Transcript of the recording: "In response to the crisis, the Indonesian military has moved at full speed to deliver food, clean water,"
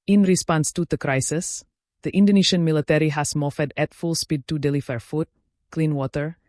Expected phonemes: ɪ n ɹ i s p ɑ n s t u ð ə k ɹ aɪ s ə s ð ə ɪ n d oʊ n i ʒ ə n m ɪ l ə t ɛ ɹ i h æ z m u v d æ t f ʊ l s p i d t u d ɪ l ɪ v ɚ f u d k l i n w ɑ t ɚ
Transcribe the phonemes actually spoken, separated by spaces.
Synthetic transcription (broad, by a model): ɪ n ɹ i s p ɑ n s t u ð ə k ɹ aɪ s ə s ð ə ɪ n d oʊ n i ʃ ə n m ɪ l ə t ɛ ɹ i h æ s m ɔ f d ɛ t f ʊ l s p i d t u d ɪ l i f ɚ f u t k l i n w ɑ t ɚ